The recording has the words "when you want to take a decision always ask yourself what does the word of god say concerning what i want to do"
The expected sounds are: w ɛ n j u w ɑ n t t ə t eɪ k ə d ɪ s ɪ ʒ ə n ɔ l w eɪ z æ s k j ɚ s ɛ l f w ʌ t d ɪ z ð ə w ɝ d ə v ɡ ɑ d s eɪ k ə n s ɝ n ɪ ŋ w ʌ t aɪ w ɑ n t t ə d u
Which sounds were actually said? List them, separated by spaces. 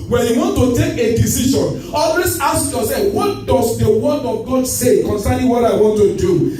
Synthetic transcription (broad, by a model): w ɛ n j u w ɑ n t t ə t eɪ k ə d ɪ s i ʃ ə n ɔ l w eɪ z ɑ s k j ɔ s ɛ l f w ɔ t d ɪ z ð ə w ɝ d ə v ɡ ɑ d s eɪ k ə n s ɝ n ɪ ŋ w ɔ t aɪ w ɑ n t t ə d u